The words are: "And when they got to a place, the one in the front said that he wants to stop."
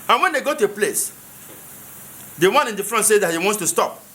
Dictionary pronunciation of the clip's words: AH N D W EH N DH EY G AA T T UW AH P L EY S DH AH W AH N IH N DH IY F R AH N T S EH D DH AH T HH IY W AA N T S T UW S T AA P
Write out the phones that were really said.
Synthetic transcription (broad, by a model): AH N W EH N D EY G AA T T UW AH P L EY S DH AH W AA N IH N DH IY F R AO N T S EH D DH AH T HH IY W AA N T S T UW S T AA P